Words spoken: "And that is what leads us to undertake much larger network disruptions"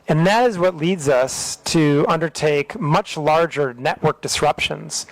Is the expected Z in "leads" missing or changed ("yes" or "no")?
no